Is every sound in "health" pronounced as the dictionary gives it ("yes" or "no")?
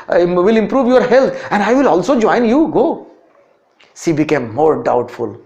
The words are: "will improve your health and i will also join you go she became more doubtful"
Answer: no